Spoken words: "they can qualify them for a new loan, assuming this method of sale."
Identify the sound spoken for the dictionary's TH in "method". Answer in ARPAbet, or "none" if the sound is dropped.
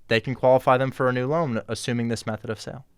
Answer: TH